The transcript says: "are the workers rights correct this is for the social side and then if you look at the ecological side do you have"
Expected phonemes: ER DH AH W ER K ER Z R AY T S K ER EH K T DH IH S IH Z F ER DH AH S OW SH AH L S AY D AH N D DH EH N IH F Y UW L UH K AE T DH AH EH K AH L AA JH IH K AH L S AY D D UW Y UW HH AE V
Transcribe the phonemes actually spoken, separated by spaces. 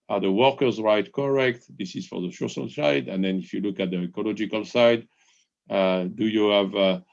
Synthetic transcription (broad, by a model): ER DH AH W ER K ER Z R AY T K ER EH K T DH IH S IH Z F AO DH AH SH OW S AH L S AY D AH N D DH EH N IH F Y UW L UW K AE T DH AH EH K AH L AA JH IH K AH L S AY D D UW Y UW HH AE V